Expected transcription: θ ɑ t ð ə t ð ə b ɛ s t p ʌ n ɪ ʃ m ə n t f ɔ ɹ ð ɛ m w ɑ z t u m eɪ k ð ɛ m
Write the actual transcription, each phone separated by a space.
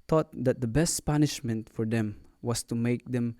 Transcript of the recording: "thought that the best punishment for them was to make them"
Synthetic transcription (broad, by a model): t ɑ t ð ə t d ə b ɛ s t p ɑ n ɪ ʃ m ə n t f ɔ ɹ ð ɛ m w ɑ s t u m eɪ k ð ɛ m